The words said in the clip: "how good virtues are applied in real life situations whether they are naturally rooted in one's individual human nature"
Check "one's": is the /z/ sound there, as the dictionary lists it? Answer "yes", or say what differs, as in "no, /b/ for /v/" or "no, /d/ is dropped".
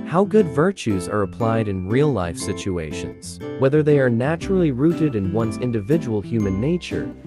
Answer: yes